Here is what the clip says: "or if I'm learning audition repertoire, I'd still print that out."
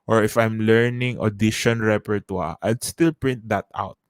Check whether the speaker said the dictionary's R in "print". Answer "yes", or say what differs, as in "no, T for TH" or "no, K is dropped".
yes